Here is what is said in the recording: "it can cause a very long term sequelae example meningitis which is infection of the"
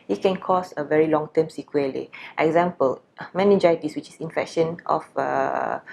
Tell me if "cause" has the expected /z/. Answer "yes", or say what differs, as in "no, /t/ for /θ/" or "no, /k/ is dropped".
no, /s/ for /z/